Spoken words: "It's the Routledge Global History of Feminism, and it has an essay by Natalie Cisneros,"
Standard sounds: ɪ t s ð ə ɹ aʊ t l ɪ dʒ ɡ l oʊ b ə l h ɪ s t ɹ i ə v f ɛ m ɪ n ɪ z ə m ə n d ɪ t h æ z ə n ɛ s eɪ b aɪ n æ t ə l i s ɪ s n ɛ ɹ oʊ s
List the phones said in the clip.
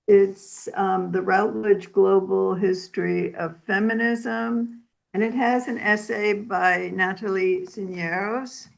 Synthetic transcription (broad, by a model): ɪ t s ð ə ɹ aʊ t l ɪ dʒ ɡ l oʊ b l h ɪ s t ɹ i ə v f ɛ m ɪ n ɪ z ə m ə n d ɪ t h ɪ z ə n ɛ s eɪ b aɪ n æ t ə l i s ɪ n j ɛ ɹ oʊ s